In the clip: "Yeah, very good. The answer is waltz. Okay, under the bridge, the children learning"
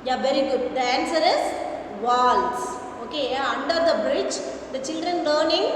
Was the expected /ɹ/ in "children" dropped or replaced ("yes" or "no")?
no